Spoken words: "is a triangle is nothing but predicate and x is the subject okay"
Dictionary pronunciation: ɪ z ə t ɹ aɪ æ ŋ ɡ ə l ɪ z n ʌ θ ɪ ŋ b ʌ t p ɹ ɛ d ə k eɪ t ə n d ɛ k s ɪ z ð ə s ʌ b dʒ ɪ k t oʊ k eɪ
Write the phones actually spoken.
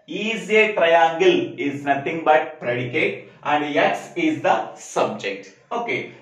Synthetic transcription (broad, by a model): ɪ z ə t ɹ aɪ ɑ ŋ ɡ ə l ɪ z n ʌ t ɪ ŋ b ʌ t p ɹ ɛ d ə k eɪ t ə n d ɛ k s ɪ z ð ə s ʌ b dʒ ɪ k t oʊ k eɪ